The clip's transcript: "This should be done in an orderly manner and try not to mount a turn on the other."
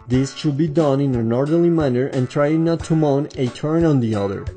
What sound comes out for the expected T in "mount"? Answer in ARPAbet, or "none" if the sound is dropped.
none